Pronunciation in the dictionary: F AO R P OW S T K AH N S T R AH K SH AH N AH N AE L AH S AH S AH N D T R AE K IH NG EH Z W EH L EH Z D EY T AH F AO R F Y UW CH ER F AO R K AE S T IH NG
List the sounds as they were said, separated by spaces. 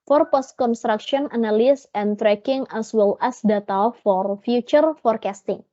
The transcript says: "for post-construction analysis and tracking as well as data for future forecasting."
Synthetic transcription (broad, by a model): F AO R P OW S T K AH N S T R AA K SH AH AH N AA N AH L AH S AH N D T R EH K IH NG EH S W EH L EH S D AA T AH F AO R F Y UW CH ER F AO R K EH S T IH NG